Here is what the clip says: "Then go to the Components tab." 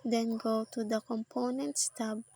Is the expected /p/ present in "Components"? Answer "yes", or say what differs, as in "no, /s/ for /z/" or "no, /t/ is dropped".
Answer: yes